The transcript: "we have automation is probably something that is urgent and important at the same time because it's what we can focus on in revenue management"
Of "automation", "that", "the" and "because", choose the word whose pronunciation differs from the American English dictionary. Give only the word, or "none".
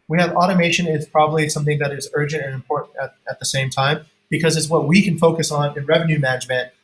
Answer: none